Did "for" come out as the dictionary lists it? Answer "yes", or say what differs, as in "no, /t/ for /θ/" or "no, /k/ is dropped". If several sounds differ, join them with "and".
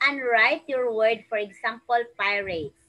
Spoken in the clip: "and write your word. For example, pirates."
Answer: yes